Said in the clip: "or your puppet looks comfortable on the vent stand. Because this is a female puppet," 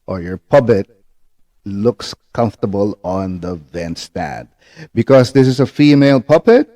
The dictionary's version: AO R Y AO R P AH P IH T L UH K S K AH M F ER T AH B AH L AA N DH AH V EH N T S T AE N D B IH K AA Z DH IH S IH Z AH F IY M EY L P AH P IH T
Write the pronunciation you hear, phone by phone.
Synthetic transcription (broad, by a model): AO R Y AO R P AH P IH T L UH K S K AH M F T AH B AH L AA N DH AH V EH N S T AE D B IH K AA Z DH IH S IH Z AH F IY M EY L P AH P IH T